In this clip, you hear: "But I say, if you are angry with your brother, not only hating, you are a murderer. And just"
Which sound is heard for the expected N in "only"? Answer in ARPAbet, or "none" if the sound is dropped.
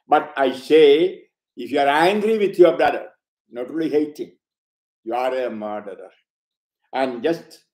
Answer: none